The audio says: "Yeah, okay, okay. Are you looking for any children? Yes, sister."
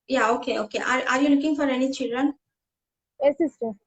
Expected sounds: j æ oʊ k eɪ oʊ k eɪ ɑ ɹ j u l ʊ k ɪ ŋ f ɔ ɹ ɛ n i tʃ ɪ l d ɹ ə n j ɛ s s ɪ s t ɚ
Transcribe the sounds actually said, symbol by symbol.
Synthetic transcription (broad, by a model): j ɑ oʊ k eɪ oʊ k eɪ ɑ ɹ j u l ʊ k ɪ ŋ f ɔ ɹ ɛ n i tʃ ɪ l d ɹ ə n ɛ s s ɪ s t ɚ